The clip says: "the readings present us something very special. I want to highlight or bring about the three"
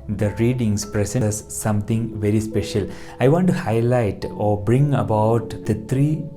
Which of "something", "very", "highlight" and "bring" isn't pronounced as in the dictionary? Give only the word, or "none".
something